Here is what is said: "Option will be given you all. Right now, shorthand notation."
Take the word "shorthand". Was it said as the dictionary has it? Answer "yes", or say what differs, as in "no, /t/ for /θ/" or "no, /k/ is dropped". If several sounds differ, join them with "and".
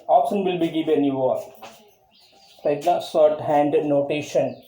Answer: no, /s/ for /ʃ/